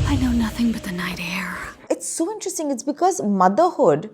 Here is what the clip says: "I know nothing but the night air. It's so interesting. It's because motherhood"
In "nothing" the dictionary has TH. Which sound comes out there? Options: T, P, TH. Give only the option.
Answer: TH